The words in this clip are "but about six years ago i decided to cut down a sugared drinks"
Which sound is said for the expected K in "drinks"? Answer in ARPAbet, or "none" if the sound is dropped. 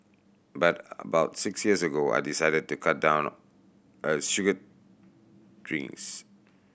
none